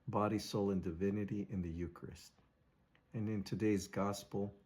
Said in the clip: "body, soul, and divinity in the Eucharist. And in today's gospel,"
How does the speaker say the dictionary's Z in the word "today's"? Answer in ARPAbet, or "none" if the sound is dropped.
Z